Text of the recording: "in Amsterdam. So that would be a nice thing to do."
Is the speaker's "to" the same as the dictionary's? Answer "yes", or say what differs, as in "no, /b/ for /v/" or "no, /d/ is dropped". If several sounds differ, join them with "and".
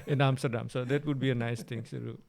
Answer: no, /s/ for /t/